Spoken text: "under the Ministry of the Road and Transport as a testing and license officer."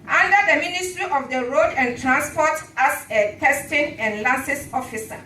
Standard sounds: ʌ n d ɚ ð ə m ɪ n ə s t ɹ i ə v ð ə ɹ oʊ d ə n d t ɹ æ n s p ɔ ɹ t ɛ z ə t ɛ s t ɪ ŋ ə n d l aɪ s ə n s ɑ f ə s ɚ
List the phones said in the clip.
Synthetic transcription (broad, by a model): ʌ n d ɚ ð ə m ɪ n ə s t ɹ i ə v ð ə ɹ oʊ d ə n t ɹ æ n s p ɔ t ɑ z ə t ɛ s t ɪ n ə n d l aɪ s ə s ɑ f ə s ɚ